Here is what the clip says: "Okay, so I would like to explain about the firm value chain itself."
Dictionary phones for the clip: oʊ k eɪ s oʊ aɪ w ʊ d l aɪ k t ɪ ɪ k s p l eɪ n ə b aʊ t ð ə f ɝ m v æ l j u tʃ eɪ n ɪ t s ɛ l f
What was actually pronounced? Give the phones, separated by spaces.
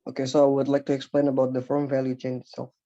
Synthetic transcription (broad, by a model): oʊ k eɪ s oʊ aɪ w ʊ d l aɪ k t ɪ ɪ k s p l eɪ n ə b aʊ t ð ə f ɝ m v æ l j u tʃ eɪ n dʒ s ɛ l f